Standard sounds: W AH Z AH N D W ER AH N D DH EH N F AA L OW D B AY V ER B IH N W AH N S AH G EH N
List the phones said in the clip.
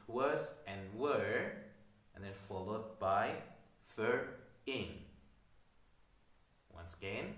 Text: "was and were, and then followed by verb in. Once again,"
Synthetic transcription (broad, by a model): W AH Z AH N W ER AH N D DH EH N F AA L OW D B AY F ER IH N W AH N S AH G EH N